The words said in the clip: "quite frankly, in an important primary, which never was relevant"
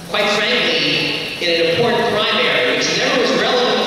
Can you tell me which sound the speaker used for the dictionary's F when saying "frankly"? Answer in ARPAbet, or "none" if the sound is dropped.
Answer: F